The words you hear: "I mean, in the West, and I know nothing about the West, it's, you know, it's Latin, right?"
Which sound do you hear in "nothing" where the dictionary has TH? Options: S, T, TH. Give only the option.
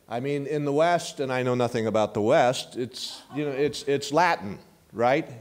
TH